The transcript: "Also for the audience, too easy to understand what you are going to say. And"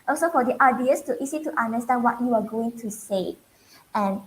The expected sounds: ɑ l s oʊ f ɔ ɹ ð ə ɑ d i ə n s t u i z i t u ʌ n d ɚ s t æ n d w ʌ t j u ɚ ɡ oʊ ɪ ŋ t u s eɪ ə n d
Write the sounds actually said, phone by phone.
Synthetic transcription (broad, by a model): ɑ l s oʊ f ɔ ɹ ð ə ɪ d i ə s t u i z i t u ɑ n d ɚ s t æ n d w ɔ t j u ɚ ɡ oʊ ɪ ŋ t u s eɪ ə n